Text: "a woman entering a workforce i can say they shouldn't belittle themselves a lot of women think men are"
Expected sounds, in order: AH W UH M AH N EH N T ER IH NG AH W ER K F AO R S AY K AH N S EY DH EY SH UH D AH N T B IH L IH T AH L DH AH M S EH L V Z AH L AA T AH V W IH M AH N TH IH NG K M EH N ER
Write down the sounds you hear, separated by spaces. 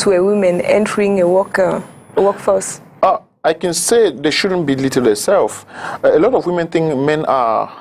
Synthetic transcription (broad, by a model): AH W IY M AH N EH N T ER IH NG AH W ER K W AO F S AY K AH N S EY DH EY SH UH D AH N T B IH L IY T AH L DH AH S EH L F AH L AA T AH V W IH M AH N TH IH NG K M EH N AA